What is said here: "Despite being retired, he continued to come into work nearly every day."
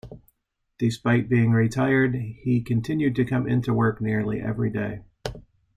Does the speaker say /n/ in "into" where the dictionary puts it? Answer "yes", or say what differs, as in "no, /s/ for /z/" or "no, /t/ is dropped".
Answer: yes